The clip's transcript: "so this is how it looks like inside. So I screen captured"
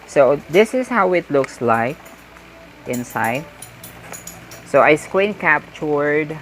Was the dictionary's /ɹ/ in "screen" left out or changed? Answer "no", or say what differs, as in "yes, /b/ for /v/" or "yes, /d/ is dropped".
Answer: yes, /w/ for /ɹ/